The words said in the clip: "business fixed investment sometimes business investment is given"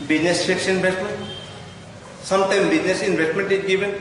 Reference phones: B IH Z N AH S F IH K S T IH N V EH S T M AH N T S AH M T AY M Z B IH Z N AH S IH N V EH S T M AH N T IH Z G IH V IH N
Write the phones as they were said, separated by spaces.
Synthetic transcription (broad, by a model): B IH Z N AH S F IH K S IH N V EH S T M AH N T S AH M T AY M B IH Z N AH S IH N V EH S T M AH N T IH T G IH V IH N